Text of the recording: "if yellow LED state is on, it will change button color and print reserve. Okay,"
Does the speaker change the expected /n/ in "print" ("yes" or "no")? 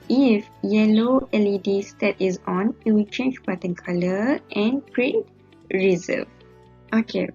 yes